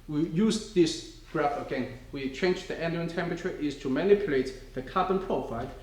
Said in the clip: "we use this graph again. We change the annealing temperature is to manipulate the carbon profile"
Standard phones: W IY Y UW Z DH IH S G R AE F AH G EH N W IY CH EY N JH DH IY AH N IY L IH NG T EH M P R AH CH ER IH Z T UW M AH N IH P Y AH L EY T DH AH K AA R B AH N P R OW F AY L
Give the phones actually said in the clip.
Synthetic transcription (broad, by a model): W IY Y UW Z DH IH S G R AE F AH G EH N W IY CH EY N JH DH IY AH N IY IH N T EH M P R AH CH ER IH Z T UW M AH N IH P Y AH L EY T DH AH K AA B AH N P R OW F AY L